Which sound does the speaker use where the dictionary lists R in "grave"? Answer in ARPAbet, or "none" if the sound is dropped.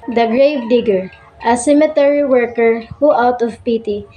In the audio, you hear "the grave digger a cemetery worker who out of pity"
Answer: R